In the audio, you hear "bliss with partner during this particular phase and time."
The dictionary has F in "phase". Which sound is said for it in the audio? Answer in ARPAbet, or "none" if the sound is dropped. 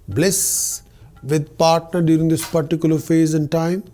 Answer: F